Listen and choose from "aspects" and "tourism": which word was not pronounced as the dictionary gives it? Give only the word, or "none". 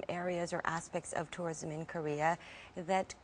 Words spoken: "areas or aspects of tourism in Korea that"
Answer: none